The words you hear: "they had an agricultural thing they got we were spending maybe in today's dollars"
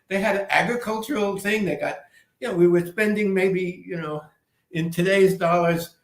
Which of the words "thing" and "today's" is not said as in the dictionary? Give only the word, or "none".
none